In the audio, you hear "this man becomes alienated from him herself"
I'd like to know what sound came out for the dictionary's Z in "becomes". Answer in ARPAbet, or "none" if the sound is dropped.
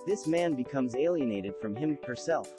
Z